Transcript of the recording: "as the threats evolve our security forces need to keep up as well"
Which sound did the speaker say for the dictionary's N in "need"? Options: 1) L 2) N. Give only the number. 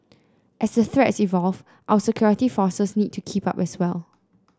2